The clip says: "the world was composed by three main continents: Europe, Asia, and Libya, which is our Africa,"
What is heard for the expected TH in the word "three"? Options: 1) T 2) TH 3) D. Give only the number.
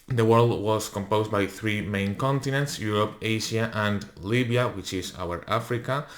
2